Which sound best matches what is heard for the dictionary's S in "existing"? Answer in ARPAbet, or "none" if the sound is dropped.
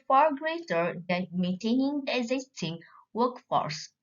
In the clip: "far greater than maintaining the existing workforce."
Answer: S